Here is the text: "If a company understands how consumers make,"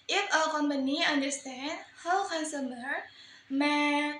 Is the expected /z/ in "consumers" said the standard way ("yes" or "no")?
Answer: no